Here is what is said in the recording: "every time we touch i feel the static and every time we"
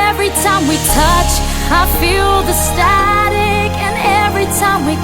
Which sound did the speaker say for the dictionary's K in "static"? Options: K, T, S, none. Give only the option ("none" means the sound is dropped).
K